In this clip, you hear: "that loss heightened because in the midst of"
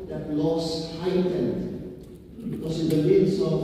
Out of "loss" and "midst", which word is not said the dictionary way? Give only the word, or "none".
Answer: midst